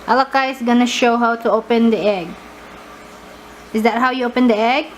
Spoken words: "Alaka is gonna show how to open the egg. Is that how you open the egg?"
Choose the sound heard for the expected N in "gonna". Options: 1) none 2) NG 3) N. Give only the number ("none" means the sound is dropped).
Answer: 3